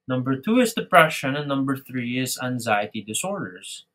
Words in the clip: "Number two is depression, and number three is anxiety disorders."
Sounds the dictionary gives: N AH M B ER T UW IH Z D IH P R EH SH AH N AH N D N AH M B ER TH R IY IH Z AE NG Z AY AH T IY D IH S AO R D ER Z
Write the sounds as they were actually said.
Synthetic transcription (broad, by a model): N AH M B ER T UW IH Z D IH P R EH SH AH N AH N N AH M B ER TH R IY IH Z AE NG Z AY AH T IY D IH S AO R D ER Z